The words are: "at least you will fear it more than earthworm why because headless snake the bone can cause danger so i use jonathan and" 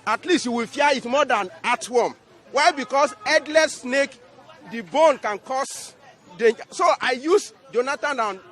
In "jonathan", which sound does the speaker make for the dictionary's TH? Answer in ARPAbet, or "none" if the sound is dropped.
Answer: T